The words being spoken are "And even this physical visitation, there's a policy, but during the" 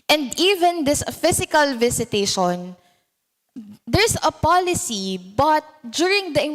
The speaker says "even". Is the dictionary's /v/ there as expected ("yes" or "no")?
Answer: yes